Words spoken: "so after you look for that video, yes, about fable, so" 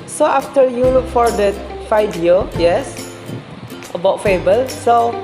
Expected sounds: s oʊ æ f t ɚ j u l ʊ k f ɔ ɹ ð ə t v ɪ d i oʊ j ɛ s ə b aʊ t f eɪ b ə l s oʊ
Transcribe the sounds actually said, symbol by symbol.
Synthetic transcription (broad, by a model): s oʊ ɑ f t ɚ j u l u k f ɔ ɹ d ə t f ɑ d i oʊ j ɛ s ə b aʊ t f eɪ b ə l s oʊ